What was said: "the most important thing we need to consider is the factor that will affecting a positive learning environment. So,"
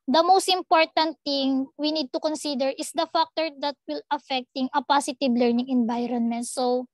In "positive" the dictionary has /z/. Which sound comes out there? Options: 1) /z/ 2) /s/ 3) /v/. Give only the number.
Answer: 2